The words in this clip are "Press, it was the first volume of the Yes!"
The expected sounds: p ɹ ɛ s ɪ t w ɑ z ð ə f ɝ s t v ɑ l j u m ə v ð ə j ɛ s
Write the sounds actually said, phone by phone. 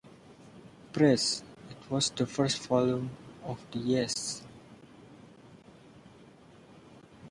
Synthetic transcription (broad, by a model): p ɹ ɛ s ɪ t w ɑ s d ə f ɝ s t f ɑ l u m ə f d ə j ɛ s